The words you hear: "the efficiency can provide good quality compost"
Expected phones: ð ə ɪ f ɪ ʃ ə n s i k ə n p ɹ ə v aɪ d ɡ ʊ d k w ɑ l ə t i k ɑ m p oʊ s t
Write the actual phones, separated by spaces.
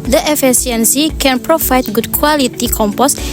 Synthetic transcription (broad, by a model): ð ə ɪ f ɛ s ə n s i k ə n p ɹ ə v aɪ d ɡ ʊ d k w ɑ l ə t i k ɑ m p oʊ s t